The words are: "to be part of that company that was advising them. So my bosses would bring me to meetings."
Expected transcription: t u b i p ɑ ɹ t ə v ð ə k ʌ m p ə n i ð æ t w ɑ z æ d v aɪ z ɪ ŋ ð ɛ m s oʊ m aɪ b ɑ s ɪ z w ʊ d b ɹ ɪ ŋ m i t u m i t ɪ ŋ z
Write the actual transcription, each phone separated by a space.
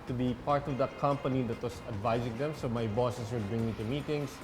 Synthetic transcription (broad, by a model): t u b i p ɑ ɹ t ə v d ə k ʌ m p ə n i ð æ t w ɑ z æ d v aɪ z ɪ ŋ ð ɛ m s oʊ m aɪ b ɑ s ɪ s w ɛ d b ɹ ɪ ŋ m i t u m i t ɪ ŋ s